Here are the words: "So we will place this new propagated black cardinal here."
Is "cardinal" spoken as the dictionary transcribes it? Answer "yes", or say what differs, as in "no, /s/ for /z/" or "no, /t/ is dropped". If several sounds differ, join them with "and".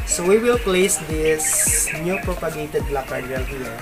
no, /n/ is dropped